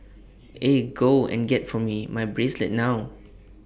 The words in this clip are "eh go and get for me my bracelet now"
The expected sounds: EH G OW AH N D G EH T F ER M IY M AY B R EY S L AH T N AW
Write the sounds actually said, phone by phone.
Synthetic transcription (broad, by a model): EH G OW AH N G EH T F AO M IY M AY B R EY S L AH T N AW